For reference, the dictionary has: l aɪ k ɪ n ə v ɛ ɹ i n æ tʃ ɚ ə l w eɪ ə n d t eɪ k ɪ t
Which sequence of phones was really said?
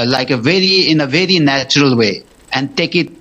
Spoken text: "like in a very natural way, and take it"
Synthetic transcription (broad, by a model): l aɪ k ɪ n ə v ɛ ɹ i n æ tʃ ɚ ə l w eɪ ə n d t eɪ k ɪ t